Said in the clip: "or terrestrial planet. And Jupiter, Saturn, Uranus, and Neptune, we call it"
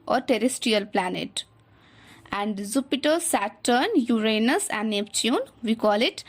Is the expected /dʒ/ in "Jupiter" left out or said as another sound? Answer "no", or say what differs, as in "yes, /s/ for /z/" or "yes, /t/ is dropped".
yes, /z/ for /dʒ/